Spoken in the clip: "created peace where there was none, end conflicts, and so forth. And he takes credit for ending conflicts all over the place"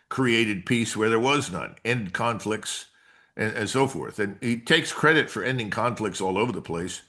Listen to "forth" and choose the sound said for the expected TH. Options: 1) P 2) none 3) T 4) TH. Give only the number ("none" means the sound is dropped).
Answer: 4